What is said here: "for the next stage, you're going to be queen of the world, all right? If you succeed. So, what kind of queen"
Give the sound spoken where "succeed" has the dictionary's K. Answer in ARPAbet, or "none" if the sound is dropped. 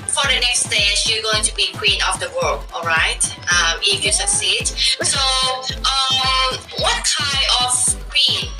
none